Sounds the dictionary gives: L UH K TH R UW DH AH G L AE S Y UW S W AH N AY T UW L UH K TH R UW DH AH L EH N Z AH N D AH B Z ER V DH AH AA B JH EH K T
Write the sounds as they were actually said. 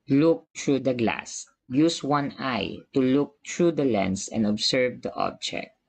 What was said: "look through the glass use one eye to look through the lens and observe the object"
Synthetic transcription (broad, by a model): L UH K T R UW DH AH G L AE S Y UW S W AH N AY T UW L UH K T R UW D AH L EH N S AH N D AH B S ER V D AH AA B JH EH K T